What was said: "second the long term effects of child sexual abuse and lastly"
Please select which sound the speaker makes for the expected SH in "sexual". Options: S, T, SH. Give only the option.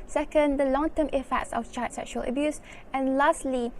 SH